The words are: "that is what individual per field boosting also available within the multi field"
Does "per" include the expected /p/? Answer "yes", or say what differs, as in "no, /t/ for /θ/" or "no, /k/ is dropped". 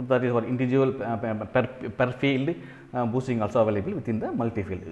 yes